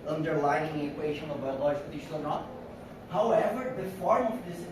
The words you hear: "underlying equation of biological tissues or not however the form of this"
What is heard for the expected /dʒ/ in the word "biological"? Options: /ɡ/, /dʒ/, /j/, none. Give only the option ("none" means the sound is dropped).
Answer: none